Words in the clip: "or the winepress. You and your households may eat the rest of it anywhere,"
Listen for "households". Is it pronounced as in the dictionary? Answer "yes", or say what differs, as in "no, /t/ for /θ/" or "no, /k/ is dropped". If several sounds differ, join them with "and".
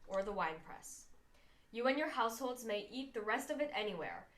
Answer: yes